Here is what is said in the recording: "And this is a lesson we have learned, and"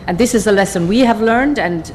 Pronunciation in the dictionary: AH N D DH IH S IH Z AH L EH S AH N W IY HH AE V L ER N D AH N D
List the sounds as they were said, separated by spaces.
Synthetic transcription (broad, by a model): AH N DH IH S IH Z AH L EH S AH N W IY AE V L ER N D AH N